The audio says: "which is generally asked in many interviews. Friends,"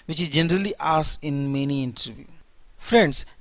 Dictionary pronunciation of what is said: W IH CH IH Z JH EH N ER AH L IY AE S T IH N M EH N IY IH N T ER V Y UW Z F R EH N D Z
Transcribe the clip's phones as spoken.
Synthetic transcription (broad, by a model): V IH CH IH Z JH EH N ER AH L IY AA S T IH N M EH N IY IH N T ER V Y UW F R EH N D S